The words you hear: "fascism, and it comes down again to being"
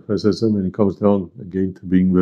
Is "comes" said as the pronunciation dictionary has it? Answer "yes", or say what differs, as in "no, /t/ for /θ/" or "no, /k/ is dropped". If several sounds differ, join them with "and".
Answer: yes